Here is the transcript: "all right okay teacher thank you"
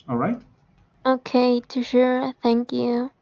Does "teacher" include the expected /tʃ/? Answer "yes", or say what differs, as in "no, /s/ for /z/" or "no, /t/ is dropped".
no, /ʃ/ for /tʃ/